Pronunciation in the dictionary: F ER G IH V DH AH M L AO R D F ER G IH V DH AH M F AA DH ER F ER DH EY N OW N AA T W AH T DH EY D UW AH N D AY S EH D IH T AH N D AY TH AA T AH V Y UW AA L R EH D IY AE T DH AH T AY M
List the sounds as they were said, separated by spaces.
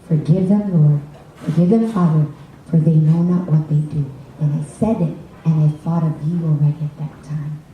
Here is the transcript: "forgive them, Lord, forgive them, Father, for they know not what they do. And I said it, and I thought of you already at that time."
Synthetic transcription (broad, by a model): F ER G IH V DH AH M L AO R D F ER G IH V DH AH M F AA DH ER F ER DH EY N OW N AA T W AH T DH EY D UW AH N AY S EH D IH T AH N AY TH AA T AH V Y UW AA L R EH D IY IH T DH AH T AY M